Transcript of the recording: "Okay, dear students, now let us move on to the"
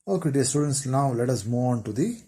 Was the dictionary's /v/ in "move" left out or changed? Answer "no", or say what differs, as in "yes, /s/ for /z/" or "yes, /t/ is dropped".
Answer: yes, /v/ is dropped